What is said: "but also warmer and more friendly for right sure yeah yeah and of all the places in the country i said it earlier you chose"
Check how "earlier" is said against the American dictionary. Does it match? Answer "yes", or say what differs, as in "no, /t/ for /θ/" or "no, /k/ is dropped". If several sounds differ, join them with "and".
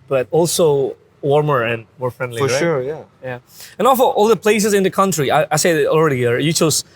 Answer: no, /l/ is dropped